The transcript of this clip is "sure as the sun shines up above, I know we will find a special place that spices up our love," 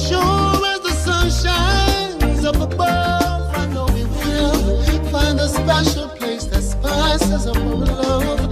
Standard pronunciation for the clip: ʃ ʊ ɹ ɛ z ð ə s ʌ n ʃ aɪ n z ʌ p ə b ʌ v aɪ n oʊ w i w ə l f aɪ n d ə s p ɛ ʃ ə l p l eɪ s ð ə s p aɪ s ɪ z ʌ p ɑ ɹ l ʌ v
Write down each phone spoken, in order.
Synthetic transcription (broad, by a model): ʃ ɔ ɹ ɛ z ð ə s ʌ n ʃ aɪ n z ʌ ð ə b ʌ aɪ n oʊ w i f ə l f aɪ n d ə s p ɛ ʃ ə l p l eɪ s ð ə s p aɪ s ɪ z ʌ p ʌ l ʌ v